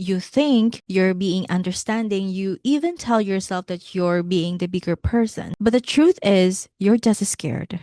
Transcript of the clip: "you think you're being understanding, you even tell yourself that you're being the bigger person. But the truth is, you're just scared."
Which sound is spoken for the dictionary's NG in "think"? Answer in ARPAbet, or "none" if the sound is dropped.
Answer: NG